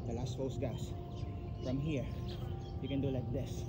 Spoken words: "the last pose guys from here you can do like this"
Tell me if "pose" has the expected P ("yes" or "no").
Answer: no